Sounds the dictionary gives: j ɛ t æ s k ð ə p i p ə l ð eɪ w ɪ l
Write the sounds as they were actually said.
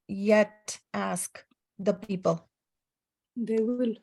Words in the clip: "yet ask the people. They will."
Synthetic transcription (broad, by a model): j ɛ t æ s k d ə p i p ə l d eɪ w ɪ l